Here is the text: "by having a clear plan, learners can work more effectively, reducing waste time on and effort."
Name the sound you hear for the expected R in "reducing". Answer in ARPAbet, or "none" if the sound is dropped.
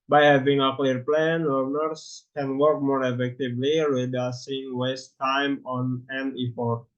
W